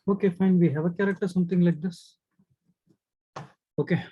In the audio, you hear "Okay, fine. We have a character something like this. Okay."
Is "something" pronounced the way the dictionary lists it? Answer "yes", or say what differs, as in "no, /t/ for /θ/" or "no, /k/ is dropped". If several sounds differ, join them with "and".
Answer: no, /t/ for /θ/